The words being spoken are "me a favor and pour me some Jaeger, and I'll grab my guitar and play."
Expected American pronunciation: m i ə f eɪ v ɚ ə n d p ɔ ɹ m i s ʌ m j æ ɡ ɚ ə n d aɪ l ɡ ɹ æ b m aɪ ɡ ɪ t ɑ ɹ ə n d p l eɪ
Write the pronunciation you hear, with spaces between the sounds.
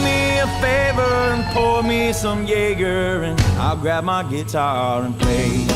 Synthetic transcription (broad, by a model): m i ə f eɪ v ɚ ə n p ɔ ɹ m i s ʌ m j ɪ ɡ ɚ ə n aɪ l ɡ ɹ æ b m aɪ ɡ ɪ t ɑ ɹ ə n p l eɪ